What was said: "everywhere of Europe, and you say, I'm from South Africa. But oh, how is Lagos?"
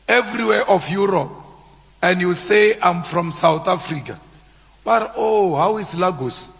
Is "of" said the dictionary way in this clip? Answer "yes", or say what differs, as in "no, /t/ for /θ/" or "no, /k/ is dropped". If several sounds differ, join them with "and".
no, /f/ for /v/